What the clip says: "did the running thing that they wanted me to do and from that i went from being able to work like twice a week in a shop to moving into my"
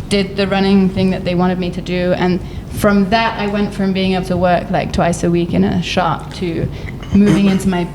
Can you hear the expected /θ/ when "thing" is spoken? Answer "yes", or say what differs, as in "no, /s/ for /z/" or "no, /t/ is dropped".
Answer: yes